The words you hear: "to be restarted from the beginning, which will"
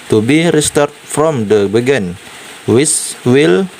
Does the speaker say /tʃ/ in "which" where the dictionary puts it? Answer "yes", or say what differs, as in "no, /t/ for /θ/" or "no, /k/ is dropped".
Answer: no, /s/ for /tʃ/